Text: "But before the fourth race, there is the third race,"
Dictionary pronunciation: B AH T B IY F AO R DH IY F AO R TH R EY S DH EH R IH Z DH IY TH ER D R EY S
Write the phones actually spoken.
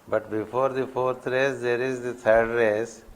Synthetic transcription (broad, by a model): B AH T B IY F AO R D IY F AO R T R EY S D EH R IH Z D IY T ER D R EY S